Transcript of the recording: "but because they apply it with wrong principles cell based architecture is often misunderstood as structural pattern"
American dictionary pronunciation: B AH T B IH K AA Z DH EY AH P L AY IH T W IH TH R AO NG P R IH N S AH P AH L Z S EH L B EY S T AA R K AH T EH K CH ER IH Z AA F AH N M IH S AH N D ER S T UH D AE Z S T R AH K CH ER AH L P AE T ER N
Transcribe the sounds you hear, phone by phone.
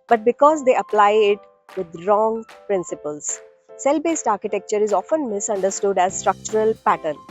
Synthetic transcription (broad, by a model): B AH T B IH K AA Z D EY AH P L AY IH T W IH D R AO NG P R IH N S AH P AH L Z S EH L B EY S T AA R K AH T EH K CH ER IH Z AA F AH N M IH S AH N D ER S T UH D AE Z S T R AH K CH ER AH L P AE T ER N